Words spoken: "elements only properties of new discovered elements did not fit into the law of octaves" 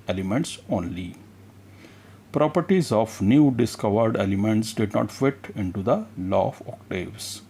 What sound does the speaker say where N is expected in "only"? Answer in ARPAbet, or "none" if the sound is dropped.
N